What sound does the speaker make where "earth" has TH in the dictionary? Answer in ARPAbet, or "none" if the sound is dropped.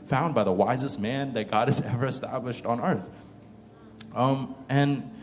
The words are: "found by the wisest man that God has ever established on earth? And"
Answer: TH